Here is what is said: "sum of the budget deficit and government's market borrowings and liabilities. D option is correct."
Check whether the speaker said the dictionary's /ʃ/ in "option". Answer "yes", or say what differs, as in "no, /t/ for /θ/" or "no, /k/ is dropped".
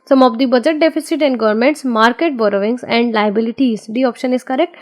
yes